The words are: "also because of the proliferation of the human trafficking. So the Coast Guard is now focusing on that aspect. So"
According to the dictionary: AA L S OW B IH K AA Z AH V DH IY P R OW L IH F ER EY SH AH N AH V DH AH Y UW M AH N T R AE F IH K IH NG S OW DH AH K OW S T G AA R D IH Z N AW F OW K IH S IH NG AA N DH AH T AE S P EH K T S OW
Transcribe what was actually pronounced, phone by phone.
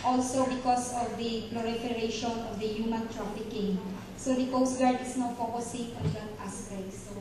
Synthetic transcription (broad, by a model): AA L S OW B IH K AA S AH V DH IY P L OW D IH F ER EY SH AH N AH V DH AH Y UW M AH N T R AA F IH K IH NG S OW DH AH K OW S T G AA R D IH S N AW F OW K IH S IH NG AA N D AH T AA S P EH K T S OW